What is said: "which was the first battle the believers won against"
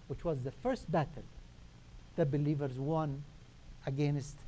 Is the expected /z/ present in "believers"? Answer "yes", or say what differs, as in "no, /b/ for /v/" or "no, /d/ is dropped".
yes